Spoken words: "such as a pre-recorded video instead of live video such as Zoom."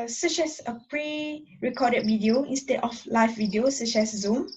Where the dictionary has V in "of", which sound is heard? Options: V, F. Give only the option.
F